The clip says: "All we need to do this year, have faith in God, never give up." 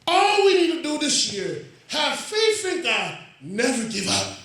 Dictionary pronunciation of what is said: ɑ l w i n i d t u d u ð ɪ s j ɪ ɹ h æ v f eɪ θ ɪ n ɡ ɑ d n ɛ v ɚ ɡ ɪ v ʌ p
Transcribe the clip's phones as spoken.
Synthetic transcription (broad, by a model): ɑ l w i n i d t u d u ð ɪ s j ɪ ɹ h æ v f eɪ f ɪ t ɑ n ɛ v ɚ ɡ ɪ v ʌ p